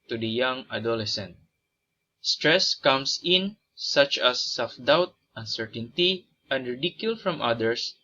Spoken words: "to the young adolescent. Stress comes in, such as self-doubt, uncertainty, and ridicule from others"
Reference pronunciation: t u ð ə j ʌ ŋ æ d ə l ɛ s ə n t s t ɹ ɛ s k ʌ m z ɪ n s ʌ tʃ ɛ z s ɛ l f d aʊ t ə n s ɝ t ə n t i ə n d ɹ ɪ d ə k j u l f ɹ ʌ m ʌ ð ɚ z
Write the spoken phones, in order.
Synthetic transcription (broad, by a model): t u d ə j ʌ ŋ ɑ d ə l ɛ s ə n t s t ɹ ɛ s k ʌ m s ɪ n s ʌ tʃ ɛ s ɛ l f d aʊ t ə n s ɝ t ə n t i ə n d ɹ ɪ d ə k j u l f ɹ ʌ m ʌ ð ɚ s